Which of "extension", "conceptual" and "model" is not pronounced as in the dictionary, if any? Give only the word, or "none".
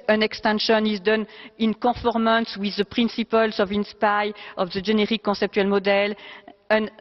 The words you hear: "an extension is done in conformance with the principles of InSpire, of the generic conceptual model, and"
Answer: conceptual